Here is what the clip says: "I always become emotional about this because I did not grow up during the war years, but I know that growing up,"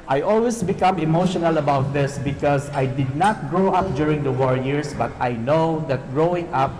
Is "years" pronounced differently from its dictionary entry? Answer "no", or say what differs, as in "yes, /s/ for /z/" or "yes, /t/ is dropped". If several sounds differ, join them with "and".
yes, /s/ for /z/